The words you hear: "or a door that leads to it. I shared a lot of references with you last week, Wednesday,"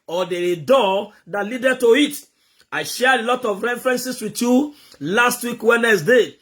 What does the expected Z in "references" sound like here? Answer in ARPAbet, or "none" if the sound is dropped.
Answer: S